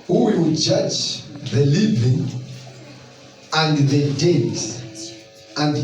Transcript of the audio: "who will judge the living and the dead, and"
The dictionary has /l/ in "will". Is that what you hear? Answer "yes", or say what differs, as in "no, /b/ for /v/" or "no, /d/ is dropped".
no, /w/ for /l/